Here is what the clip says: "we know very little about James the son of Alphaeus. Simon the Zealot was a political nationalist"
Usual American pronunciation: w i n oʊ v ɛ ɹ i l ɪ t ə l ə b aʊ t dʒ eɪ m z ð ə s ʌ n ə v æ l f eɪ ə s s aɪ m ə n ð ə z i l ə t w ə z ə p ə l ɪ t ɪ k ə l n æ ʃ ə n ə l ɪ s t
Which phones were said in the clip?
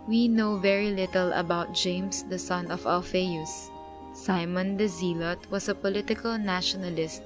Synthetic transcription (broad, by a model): w i n oʊ v ɛ ɹ i l ɪ t ə l ə b aʊ t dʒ eɪ m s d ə s ʌ n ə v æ l f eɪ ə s s aɪ m ə n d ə z i l ə t w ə s ə p ə l ɪ t ɪ k ə l n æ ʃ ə n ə l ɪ s t